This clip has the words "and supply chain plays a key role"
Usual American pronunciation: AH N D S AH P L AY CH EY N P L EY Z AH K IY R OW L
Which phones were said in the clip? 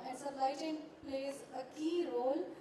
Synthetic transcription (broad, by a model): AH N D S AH L AY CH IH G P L EY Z AH K IY R OW L